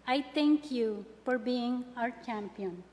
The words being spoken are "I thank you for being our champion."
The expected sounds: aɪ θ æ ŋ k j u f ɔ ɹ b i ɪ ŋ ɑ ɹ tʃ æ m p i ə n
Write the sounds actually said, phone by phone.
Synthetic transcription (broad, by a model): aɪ t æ ŋ k j u f ɔ ɹ b i ɪ ŋ ɑ ɹ tʃ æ m p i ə n